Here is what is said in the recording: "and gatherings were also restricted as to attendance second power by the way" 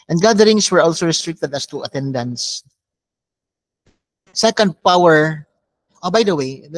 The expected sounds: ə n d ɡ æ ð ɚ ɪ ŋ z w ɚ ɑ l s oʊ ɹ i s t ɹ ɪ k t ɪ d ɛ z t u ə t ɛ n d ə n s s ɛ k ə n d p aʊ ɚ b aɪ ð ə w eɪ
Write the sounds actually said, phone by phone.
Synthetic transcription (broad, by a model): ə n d ɡ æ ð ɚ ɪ ŋ s w ɚ ɑ l s oʊ ɹ i s t ɹ ɪ k t ɪ d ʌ s t u ə t ɛ n d ə n s s ɛ k ə n d p aʊ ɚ b aɪ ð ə w eɪ